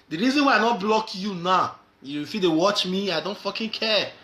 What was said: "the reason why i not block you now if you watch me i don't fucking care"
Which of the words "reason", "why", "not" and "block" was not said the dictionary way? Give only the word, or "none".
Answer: none